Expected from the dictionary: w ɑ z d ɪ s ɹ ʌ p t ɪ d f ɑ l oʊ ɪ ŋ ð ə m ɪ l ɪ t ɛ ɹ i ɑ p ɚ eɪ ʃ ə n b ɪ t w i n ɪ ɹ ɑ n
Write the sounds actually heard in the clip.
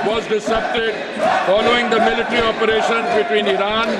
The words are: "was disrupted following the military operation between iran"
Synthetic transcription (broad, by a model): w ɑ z d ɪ s ʌ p t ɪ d f ɑ l oʊ ɪ ŋ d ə m ɪ l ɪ t ɹ i ɑ p ɚ eɪ ʃ ə n b ɪ t w i n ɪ ɹ ɑ n